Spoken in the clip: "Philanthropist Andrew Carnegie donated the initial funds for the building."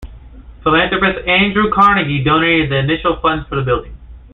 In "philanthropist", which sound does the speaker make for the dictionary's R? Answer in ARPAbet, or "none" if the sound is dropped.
none